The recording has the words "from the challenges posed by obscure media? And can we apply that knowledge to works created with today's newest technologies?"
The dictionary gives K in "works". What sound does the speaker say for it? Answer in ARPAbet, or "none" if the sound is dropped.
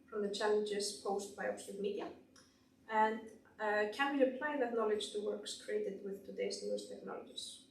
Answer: K